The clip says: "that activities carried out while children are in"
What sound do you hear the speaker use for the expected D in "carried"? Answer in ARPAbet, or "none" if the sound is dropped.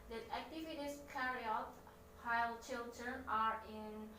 none